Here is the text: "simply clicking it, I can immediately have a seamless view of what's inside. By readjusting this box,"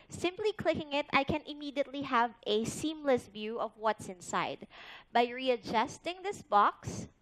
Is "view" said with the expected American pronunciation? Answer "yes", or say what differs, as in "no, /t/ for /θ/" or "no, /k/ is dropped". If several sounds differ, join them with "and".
yes